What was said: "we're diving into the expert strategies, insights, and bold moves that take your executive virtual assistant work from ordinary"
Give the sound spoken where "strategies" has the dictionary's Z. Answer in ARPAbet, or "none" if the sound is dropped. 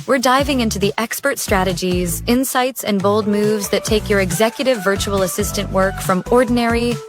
Z